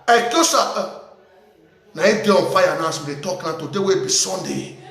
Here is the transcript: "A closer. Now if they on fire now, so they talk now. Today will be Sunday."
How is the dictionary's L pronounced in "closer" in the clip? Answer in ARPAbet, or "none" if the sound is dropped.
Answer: none